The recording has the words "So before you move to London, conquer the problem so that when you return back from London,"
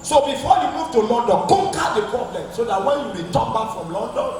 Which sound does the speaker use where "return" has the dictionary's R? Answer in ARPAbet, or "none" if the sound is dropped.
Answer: W